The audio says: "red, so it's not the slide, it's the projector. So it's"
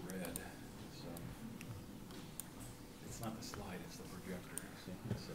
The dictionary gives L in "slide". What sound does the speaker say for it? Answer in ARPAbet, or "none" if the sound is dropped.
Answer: L